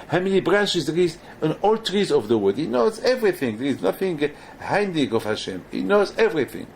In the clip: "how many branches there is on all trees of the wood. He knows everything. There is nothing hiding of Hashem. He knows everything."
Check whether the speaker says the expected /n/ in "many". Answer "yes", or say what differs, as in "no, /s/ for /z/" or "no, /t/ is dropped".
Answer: no, /l/ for /n/